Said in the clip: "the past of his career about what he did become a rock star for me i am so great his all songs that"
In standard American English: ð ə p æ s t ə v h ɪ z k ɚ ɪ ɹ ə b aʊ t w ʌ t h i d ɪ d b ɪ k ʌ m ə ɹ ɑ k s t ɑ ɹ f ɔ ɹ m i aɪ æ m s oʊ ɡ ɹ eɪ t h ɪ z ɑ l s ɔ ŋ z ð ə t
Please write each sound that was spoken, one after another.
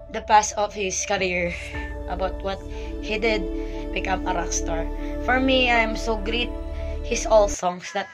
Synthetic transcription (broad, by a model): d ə p æ s t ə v h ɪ s k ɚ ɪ ɹ ə b aʊ t w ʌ t h i d ɪ d b ɪ k ʌ m ə ɹ ɑ k s t ɑ ɹ f ɔ ɹ m i aɪ m s oʊ ɡ ɹ eɪ t h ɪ s ɑ l s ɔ ŋ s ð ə t